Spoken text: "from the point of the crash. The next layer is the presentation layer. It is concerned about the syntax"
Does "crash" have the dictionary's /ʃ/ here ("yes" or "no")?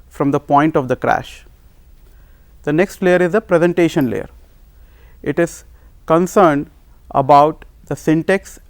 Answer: yes